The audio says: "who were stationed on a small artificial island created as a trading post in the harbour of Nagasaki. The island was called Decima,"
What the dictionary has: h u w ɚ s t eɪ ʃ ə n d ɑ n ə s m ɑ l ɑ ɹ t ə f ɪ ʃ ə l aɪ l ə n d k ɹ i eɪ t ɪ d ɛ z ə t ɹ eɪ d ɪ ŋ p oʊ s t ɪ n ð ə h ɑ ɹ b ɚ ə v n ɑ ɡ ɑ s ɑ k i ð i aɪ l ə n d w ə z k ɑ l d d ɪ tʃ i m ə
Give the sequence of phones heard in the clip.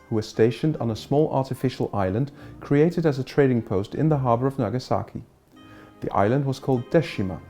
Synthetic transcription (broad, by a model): h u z s t eɪ ʃ ə n d n ə s m ɑ l ɑ ɹ t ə f ɪ ʃ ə l aɪ l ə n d k ɹ i eɪ t ɪ d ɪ z ə t ɹ eɪ d ɪ ŋ p oʊ s t ɪ n ð ə h ɑ ɹ b ɚ ə v n ɑ ɡ ɑ s ɑ k i ð i aɪ l ə n d w ə z k ɑ l d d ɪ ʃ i m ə